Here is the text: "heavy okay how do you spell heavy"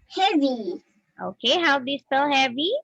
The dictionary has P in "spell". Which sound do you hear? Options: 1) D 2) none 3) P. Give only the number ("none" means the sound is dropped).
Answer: 2